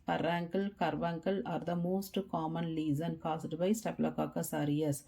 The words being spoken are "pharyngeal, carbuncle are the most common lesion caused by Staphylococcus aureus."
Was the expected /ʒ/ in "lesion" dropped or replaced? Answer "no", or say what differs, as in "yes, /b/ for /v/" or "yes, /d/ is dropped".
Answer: yes, /z/ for /ʒ/